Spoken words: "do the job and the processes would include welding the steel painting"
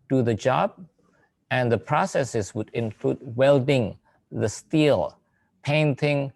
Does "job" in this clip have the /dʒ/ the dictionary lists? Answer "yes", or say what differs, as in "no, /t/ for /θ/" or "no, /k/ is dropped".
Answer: yes